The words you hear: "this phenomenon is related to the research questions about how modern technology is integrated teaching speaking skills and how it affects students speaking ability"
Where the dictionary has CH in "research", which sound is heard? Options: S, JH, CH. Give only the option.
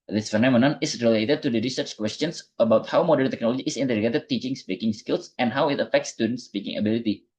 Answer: CH